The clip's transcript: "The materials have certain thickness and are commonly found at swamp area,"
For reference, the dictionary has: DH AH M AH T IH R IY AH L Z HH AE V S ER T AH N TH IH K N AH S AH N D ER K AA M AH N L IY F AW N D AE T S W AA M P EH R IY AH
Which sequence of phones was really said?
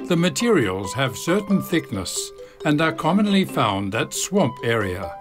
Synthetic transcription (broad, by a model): DH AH M AH T IH R IY AH L Z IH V S ER T N TH IH K N AH S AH N ER K AA M AH N L IY F AW N D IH T S W AA M P EH R IY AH